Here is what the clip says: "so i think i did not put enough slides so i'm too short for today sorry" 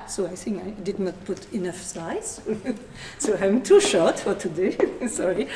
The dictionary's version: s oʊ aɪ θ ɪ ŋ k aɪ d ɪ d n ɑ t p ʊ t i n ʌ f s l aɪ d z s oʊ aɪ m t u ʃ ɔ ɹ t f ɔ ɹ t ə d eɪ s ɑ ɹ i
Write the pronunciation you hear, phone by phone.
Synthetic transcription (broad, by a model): s oʊ aɪ θ ɪ ŋ k aɪ d ɪ d n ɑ t p ʊ t i n ʌ f s aɪ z s oʊ aɪ m t u ʃ ɔ ɹ t f ɔ ɹ t ə d eɪ s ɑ ɹ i